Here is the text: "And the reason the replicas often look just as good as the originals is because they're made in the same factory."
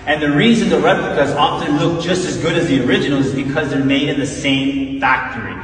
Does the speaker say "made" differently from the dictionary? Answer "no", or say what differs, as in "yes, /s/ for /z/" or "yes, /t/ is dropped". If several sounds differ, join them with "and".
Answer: no